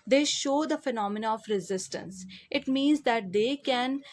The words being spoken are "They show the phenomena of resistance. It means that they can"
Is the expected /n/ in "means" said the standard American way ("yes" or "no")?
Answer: yes